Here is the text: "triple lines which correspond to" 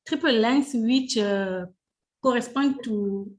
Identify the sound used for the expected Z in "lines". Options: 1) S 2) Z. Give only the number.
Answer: 1